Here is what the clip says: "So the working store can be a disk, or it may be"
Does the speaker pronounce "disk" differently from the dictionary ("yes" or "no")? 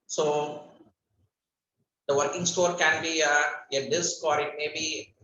no